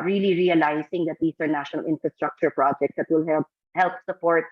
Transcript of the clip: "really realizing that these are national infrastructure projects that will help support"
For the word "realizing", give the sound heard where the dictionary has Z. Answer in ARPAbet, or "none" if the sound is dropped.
S